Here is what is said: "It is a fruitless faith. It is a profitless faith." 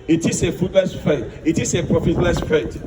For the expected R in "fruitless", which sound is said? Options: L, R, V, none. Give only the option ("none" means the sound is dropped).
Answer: none